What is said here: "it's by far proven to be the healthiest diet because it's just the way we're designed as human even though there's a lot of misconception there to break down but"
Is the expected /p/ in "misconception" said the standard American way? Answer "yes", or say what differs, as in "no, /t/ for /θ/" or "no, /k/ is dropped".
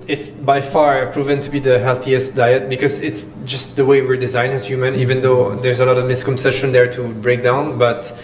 no, /p/ is dropped